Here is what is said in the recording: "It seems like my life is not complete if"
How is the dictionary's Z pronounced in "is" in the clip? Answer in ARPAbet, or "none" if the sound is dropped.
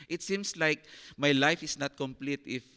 S